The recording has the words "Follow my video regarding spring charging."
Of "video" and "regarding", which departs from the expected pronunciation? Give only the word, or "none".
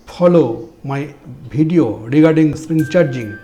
video